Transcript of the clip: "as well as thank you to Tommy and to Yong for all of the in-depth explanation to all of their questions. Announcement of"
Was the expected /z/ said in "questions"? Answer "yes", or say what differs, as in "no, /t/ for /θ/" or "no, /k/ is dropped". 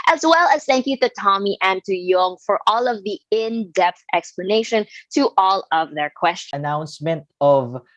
no, /z/ is dropped